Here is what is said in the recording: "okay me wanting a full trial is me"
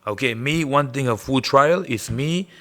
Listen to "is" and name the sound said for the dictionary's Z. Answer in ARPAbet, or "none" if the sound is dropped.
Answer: S